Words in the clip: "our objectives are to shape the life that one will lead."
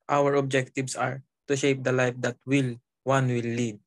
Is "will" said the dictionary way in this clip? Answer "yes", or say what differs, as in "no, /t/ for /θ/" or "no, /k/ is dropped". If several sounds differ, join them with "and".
no, /w/ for /l/